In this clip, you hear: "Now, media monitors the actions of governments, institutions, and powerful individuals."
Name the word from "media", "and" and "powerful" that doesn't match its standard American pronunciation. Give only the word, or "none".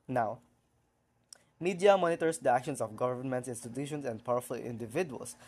none